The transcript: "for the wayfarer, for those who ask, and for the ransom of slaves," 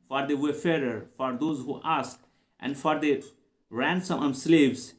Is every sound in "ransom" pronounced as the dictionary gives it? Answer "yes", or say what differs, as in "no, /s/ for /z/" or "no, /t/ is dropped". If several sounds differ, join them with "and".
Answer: yes